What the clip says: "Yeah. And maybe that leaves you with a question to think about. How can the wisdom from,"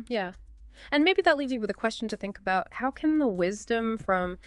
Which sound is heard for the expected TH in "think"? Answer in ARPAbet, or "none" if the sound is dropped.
TH